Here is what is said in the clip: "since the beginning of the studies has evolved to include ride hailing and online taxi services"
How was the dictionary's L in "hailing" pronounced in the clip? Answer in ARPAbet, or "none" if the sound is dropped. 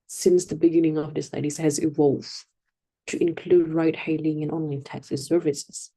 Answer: L